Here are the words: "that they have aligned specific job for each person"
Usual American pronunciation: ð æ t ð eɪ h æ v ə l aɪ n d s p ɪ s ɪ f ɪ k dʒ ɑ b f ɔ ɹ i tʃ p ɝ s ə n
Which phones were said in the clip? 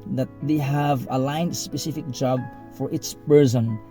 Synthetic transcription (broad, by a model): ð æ t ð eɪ h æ v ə l aɪ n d s p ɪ s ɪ f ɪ k dʒ ɑ b f ɔ ɹ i s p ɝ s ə n